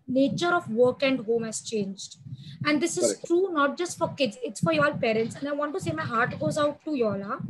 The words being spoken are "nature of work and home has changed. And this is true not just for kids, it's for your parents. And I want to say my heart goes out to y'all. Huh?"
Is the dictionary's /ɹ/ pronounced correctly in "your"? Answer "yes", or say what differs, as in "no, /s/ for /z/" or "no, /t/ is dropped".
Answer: no, /l/ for /ɹ/